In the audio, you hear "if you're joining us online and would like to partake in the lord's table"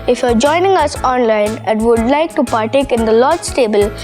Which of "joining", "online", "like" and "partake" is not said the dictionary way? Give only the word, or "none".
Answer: none